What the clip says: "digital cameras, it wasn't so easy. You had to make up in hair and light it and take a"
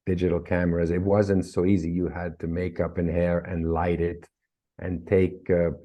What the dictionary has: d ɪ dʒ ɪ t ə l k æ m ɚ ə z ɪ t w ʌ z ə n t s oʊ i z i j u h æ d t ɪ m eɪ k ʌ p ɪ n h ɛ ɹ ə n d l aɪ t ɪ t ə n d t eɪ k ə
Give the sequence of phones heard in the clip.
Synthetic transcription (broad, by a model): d ɪ dʒ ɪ t l k æ m ɚ ə z ɪ t w ʌ z ə n t s oʊ i z i j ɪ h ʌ d t ɪ m eɪ k ʌ p ɪ n h ɛ ɹ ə n l aɪ t ɪ t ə n t eɪ k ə